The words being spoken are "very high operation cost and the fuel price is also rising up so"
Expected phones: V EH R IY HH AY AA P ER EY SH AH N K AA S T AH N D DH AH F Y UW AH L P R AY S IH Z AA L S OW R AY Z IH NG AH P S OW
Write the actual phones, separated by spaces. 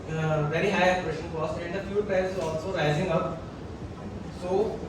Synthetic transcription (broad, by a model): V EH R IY HH AY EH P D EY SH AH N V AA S AH N D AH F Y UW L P AY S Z AA L S OW R AY Z IH NG AH P S OW